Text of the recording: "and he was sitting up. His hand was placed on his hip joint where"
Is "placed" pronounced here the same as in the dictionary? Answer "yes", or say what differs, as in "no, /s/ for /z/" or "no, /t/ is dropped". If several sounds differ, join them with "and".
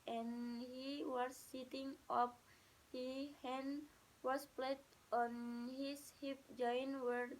no, /s/ is dropped